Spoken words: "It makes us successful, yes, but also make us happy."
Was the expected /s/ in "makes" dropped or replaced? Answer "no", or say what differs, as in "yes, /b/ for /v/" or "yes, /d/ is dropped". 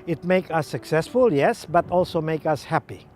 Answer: yes, /s/ is dropped